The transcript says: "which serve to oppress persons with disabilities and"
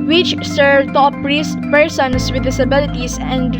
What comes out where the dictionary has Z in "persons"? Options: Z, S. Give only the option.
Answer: S